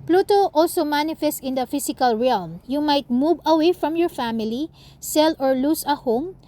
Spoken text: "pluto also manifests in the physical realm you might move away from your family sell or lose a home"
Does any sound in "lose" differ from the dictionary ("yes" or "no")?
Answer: yes